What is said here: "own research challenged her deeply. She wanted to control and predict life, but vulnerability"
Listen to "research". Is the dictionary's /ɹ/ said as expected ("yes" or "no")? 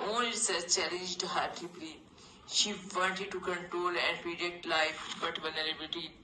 no